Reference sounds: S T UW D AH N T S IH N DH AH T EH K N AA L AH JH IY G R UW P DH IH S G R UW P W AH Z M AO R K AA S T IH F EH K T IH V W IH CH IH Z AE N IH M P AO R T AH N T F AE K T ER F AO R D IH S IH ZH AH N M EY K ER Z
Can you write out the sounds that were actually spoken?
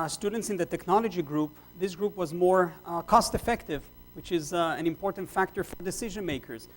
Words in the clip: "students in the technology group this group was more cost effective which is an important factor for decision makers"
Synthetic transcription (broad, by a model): S T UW D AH N T S IH N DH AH T EH K N AA L AH JH IY G R UW P DH IH S G R UW P W AH Z M AO R K AA S T IH F EH K T IH V W IH CH IH Z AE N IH M P AO R T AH N T F AE K T ER F AO R D IH S IH ZH AH N M EY K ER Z